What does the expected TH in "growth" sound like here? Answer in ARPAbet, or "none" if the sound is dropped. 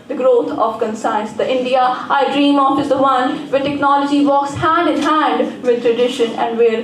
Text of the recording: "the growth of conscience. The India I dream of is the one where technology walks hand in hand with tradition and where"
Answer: T